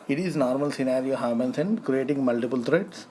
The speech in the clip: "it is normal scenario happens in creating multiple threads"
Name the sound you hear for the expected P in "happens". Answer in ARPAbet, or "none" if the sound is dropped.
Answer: B